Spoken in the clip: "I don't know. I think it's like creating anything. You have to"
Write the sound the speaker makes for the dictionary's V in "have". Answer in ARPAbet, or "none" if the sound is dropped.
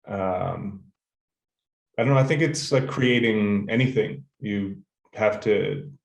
F